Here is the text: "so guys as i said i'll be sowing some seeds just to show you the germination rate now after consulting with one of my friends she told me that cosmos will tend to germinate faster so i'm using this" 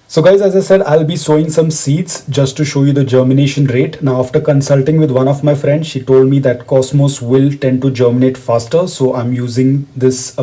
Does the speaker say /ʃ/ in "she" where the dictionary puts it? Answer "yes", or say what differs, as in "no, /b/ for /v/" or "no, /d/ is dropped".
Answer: yes